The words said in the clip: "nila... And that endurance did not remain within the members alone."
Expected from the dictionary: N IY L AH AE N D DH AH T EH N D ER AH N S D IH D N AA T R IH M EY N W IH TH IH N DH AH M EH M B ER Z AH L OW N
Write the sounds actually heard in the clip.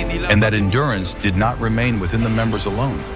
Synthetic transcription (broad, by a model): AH N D DH AH T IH N D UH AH N S D IH D N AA T R IH M EY N W IH TH IH N DH AH M EH M B ER Z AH L OW N